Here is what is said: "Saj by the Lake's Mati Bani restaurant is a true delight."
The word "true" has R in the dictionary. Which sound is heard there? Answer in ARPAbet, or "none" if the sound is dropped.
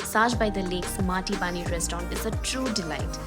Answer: R